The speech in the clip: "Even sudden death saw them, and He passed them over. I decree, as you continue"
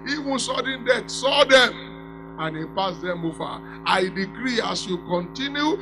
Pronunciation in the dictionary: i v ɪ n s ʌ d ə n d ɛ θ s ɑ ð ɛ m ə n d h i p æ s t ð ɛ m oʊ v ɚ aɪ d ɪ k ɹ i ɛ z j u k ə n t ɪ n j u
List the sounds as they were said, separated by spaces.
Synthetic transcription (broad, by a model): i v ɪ n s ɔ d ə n d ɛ t s ɑ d ɛ m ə n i p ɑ s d ɛ m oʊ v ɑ aɪ d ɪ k ɹ i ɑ s j u k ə n t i n j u